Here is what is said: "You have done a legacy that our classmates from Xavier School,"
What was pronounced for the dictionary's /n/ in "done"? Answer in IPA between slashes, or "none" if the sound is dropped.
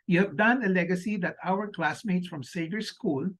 /n/